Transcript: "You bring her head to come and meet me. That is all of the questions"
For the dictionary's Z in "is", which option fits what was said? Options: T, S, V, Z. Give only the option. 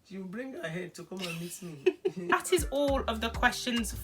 Z